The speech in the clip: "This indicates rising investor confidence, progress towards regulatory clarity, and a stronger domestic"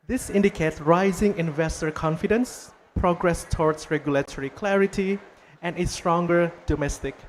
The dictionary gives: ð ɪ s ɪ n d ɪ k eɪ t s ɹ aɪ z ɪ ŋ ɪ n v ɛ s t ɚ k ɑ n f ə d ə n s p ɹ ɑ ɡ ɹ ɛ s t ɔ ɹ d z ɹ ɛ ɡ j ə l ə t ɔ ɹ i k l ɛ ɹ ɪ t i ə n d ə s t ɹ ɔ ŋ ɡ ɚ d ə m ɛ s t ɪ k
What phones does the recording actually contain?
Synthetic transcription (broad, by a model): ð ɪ s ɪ n d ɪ k eɪ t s ɹ aɪ z ɪ ŋ ɪ n v ɛ s t ɚ k ɑ n f ə d ə n s p ɹ ɑ ɡ ɹ ɛ s t ɔ ɹ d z ɹ ɛ ɡ j ə l ə t ɔ ɹ i k l ɛ ɹ ɪ t i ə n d ə s t ɹ ɔ ŋ ɡ ɚ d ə m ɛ s t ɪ k